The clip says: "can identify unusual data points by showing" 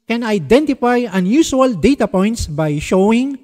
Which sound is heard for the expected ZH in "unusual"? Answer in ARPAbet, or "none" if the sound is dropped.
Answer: S